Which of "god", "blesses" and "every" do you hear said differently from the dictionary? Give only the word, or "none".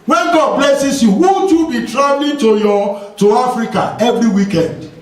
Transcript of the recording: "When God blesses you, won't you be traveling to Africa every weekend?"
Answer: blesses